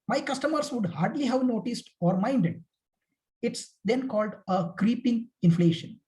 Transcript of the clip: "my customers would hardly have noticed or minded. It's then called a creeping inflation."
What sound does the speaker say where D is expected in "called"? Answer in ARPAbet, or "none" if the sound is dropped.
D